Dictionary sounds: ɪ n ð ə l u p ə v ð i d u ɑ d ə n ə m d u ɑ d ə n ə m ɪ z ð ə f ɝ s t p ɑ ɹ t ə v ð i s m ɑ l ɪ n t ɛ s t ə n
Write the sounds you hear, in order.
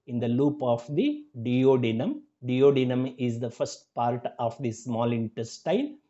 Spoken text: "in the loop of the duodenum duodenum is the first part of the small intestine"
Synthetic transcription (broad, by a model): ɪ n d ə l u p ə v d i d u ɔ d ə n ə m d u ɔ d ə n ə m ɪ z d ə f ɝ s t p ɑ ɹ t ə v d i s m ɑ l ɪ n t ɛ s t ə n